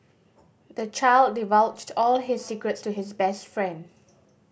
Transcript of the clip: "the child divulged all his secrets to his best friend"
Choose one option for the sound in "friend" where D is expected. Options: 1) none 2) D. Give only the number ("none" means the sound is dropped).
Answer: 2